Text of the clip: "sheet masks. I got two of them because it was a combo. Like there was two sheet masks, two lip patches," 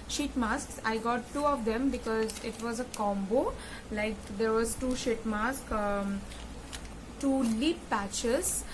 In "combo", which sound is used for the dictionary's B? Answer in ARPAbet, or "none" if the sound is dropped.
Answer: B